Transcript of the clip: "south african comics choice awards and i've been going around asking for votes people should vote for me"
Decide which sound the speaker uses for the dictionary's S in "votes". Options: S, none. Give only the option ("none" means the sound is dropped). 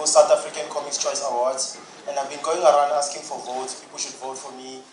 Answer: none